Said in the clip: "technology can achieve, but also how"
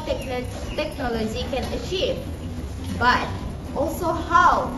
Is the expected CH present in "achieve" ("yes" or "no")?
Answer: yes